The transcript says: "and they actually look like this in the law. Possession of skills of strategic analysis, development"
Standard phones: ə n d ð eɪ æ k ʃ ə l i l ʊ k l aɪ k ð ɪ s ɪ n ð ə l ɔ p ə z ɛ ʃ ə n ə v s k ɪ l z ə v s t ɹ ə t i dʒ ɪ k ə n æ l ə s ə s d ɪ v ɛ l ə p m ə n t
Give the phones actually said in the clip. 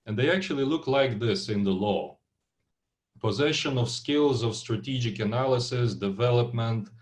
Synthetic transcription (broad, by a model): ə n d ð eɪ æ k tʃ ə l i l ʊ k l aɪ k ð ɪ s ɪ n ð ə l ɔ p ə z ɛ ʃ ə n ə v s k ɪ l z ə v s t ɹ ə t i dʒ ɪ k ə n æ l ə s ə s d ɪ v ɛ l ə p m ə n t